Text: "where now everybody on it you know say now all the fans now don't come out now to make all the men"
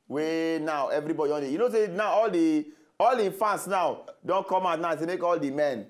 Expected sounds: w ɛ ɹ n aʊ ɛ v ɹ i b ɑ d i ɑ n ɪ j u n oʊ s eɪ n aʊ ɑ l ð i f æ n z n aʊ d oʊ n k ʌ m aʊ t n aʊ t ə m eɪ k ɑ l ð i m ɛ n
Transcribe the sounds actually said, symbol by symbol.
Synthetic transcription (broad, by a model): w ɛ n aʊ ɛ v ɹ i b ɑ d i ɑ n ɪ j u n oʊ s eɪ n aʊ ɑ l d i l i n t n aʊ d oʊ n k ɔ m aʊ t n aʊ s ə m eɪ k ɑ l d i m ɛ n